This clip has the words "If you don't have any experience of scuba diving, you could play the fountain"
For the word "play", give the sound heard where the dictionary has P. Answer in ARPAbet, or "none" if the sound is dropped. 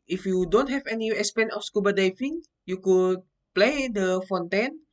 P